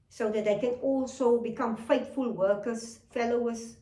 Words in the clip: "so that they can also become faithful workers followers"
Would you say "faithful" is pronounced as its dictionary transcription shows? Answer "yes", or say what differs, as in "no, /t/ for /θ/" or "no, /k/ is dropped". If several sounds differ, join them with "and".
no, /t/ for /θ/